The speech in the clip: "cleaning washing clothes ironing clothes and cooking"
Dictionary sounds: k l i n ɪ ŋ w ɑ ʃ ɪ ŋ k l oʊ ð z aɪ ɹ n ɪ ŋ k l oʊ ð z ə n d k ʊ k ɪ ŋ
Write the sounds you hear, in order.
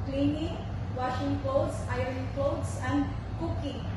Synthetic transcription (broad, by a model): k l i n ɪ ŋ w ɑ ʃ ɪ ŋ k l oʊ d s aɪ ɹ ɪ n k l oʊ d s ə n d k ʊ k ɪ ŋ